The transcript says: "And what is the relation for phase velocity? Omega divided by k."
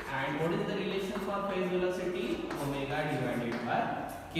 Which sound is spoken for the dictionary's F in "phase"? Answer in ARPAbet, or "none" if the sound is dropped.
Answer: P